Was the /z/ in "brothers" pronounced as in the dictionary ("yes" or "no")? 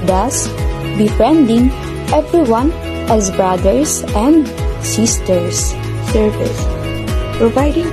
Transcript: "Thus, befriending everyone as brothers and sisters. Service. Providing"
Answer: no